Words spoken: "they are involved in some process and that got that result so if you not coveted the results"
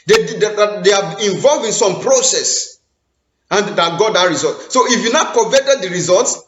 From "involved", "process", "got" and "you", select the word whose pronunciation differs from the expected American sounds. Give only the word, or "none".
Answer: involved